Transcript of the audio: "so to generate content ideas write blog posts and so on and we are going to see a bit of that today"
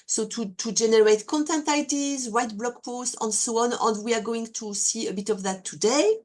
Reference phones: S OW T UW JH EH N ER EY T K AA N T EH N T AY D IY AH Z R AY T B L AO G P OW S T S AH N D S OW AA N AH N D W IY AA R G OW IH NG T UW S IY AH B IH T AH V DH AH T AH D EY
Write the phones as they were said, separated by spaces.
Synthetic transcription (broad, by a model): S OW T UW JH EH N ER EY T K AA N T EH N T AY D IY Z W AY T B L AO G P OW S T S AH N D S OW AA N AH N D W IY AA R G OW IH NG T UW S IY AH B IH T AH V DH AH T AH D EY